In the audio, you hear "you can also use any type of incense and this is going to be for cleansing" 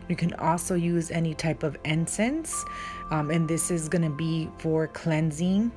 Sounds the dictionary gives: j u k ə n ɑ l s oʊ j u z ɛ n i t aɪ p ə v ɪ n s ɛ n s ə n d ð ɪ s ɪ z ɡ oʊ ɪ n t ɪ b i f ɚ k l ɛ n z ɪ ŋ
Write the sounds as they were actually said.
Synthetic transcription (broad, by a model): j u k ə n ɑ l s oʊ j u z ɛ n i t aɪ p ə v ɪ n s ɛ n s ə n ð ɪ s ɪ z ɡ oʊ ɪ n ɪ b i f ɚ k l ɛ n z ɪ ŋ